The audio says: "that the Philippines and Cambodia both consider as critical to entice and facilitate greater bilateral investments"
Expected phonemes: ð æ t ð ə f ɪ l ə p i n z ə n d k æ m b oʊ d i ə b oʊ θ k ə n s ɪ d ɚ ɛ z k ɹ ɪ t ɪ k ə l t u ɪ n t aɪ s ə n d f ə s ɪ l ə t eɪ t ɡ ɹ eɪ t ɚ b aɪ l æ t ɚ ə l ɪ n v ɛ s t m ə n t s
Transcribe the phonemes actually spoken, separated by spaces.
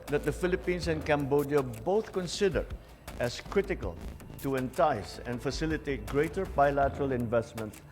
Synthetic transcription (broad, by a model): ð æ t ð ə f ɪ l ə p i n s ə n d k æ m b oʊ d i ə b oʊ θ k ə n s ɪ d ɚ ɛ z k ɹ ɪ t ɪ k ə l t u ɪ n t aɪ s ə n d f ə s ɪ l ə t eɪ t ɡ ɹ eɪ t ɚ b aɪ l æ t ɚ ə l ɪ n v ɛ s t m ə n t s